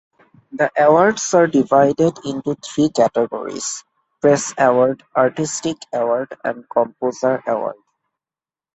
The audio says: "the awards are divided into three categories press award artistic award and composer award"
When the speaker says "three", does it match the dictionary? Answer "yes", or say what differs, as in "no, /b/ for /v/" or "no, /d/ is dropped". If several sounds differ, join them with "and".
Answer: no, /t/ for /θ/